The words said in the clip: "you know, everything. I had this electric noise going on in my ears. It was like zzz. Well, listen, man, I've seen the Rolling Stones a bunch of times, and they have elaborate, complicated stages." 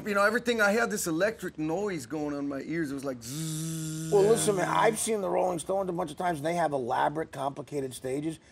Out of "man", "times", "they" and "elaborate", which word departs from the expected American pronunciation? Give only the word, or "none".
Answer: man